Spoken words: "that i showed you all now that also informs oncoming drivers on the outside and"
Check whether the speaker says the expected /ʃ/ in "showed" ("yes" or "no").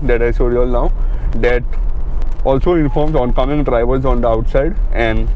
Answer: no